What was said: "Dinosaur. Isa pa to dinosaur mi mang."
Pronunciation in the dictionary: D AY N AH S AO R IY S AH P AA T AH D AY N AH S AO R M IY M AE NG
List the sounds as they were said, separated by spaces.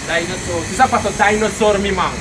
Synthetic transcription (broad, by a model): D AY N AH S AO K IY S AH F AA T AH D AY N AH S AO R M IY M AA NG